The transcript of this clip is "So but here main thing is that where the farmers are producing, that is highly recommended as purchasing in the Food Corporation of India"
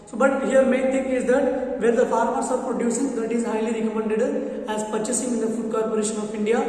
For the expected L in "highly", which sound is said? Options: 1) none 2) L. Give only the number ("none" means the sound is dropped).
2